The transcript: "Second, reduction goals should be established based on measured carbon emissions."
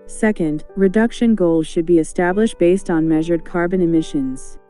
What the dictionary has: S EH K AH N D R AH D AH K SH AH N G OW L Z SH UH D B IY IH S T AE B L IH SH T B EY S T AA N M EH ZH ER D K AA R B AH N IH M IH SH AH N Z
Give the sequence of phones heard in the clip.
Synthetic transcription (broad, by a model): S EH K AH N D R AH D AH K SH AH N G OW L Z SH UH D B IY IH S T AE B L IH SH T B EY S T N M EH ZH ER D K AA R B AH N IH M IH SH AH N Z